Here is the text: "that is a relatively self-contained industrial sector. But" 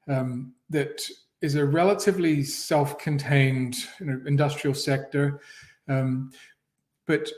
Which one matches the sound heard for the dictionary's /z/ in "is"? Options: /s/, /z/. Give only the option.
/z/